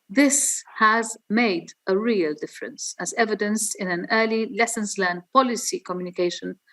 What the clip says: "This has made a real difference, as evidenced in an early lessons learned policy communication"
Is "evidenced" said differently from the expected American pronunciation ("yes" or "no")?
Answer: yes